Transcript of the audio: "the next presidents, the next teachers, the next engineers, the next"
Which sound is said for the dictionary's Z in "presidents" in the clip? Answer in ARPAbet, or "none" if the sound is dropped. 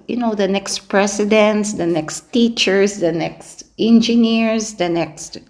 S